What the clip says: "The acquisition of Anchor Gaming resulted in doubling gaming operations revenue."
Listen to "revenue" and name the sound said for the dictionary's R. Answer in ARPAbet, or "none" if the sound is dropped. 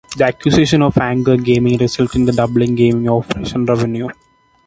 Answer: R